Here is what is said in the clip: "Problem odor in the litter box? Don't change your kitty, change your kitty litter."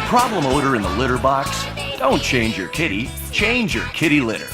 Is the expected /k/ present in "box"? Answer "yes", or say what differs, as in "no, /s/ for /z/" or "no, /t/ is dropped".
yes